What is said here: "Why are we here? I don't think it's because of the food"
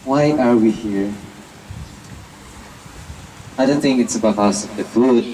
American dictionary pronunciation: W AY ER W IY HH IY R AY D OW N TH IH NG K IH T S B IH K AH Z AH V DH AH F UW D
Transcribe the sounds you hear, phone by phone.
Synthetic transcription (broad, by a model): W AY ER W IY HH IY R AY D OW N TH IH NG K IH T S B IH AH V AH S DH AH F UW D